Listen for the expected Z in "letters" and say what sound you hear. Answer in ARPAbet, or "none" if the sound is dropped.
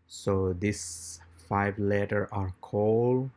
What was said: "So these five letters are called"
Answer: none